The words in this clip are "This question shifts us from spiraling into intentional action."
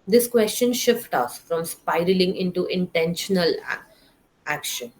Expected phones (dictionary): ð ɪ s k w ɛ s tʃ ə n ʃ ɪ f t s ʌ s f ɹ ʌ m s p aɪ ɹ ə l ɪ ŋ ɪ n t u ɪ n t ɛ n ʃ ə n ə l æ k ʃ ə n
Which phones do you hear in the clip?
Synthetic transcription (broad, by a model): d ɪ s k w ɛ s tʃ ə n ʃ ɪ f t ʌ s f ɹ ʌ m s p aɪ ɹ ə l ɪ ŋ ɪ n t u ɪ n t ɛ n ʃ ə n ə l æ k ʃ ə n